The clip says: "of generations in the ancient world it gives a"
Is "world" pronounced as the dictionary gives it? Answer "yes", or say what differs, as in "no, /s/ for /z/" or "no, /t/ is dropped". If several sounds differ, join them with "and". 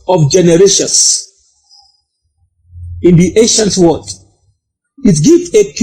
no, /l/ is dropped